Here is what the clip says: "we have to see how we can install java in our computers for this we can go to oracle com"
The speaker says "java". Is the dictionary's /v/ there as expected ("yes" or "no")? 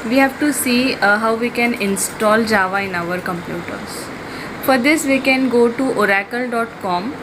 yes